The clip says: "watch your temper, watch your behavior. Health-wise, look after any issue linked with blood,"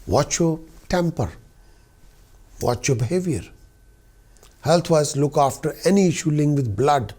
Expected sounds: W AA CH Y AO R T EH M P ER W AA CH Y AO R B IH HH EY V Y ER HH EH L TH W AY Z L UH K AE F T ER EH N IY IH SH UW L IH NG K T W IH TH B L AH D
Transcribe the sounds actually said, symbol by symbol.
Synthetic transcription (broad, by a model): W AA CH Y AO T EH M P ER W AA CH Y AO B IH HH EY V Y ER HH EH L T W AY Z L UH K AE F T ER EH N IY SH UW L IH NG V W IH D B L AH D